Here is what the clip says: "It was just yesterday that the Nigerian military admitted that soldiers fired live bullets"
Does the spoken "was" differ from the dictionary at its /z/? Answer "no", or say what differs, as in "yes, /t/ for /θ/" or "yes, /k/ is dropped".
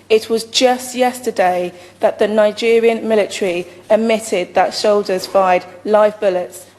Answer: no